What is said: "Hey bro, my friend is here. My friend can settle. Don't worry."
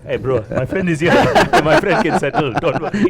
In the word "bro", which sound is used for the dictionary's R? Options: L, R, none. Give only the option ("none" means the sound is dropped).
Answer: R